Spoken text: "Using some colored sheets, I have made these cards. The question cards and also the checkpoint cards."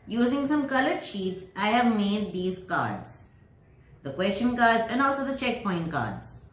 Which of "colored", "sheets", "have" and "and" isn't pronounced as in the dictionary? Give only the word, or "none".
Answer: none